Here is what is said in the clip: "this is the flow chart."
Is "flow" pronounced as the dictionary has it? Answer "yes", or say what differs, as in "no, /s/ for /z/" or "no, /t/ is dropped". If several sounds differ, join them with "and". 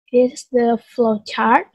yes